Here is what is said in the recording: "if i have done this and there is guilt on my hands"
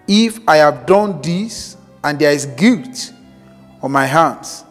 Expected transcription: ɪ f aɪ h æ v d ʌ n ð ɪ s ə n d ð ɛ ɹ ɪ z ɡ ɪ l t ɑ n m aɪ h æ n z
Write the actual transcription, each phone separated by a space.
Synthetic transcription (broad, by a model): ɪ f aɪ h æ v d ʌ n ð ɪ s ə n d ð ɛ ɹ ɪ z ɡ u t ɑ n m aɪ h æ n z